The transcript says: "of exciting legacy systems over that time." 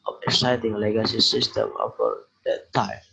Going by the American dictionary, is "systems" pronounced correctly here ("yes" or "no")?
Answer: no